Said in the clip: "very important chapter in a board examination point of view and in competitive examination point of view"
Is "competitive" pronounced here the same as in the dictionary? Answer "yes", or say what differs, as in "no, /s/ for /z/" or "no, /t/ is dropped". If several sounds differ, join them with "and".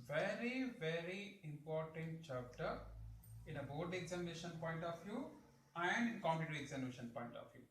no, /v/ is dropped